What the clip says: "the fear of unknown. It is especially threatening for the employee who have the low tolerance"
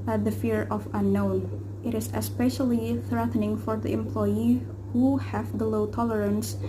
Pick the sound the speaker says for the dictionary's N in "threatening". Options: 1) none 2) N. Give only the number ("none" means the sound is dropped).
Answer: 2